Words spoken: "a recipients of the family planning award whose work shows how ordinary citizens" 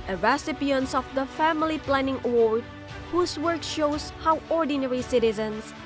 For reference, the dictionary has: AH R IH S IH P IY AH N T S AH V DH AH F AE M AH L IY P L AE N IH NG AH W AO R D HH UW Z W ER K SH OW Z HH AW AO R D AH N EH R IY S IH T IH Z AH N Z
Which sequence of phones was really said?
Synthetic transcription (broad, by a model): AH R IH S IH P IY AH N T S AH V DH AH F AE M AH L IY P L AE N IH NG AH W AO R D HH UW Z W ER K SH OW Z HH AW AO R D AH N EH R IY S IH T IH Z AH N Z